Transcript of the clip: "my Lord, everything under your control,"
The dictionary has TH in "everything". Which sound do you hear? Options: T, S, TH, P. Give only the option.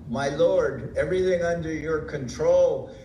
TH